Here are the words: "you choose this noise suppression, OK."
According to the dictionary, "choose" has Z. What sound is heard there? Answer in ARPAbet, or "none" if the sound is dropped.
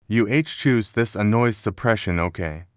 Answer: Z